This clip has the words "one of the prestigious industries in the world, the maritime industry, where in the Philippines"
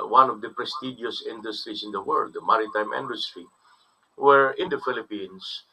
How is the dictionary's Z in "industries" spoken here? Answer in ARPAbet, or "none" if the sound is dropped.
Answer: S